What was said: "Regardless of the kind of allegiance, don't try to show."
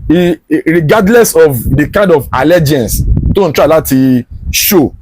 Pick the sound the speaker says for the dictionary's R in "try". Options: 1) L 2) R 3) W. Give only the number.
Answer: 1